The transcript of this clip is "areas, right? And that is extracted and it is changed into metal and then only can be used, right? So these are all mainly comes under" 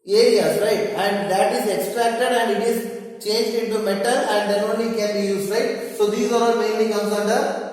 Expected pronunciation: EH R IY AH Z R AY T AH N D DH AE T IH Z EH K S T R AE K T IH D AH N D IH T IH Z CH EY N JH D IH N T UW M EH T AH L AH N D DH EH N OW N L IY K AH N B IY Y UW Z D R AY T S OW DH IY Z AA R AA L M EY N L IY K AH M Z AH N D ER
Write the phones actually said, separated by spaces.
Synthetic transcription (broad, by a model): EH R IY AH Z R AY T AH N D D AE T IH Z EH K S T R AE K T IH D AH N D IH T IH Z CH EY N JH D IH N T UW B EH T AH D AH N D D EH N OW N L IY K AH N B IY Y UW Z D R AY T S OW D IY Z AA R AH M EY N IY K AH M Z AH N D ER